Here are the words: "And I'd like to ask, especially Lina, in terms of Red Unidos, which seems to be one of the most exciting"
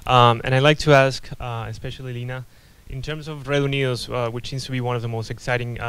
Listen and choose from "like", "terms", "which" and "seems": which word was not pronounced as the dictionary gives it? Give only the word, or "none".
none